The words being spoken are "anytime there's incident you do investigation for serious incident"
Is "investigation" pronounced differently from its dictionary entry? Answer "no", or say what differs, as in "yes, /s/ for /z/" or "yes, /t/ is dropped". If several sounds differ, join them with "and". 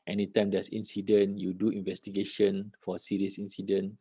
no